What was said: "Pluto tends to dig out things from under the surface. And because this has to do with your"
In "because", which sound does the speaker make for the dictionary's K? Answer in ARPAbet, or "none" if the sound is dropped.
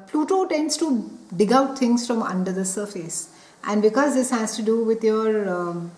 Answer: K